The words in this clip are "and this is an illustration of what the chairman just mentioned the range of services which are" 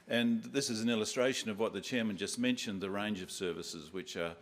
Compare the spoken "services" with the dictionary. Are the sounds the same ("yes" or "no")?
yes